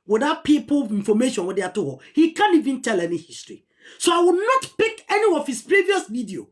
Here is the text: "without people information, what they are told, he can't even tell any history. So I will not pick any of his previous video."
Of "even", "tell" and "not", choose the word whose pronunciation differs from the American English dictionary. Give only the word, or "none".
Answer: none